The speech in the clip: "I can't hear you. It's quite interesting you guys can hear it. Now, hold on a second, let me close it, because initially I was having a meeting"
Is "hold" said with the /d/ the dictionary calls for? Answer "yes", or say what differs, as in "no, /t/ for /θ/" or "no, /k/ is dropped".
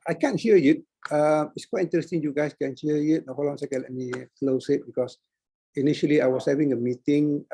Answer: no, /d/ is dropped